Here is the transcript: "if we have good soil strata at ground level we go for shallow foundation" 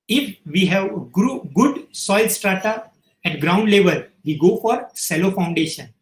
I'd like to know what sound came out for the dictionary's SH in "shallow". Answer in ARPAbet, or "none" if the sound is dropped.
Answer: S